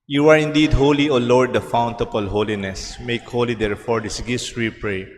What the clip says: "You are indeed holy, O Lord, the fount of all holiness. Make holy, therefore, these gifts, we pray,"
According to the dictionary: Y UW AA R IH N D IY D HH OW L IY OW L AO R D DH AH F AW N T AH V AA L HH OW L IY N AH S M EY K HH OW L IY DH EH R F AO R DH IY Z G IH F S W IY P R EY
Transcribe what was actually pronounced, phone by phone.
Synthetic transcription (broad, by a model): Y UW AA R IH N D IY D HH OW L IY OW L AO R D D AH F AW N T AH P AA L HH OW L IY N AH S M EY K HH OW L IY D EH R F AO R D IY S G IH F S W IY P R EY